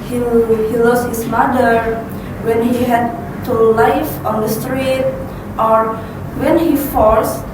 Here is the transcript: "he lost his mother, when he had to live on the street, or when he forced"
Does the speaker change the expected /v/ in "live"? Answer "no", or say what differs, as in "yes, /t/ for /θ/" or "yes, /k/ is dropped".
yes, /f/ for /v/